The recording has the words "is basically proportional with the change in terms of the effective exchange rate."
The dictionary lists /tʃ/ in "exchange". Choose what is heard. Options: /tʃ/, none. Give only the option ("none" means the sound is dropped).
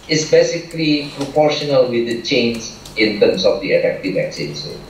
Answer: none